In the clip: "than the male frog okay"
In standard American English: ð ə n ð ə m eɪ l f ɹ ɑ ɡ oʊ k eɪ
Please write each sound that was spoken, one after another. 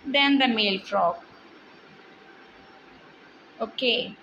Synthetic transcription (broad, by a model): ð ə n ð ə m eɪ l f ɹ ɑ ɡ oʊ k eɪ